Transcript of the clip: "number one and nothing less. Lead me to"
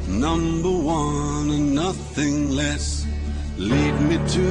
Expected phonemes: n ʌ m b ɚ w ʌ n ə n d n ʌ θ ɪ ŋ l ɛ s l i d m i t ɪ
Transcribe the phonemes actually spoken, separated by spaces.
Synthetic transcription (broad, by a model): n ʌ m b ɚ w ʌ n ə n n ʌ θ ɪ ŋ l ɛ s l i d m i t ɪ